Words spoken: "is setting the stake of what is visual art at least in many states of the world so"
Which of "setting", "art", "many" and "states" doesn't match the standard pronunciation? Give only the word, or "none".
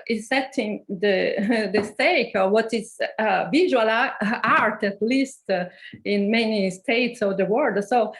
none